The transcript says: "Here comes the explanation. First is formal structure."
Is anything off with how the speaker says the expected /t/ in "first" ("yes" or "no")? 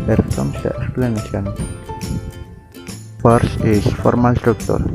yes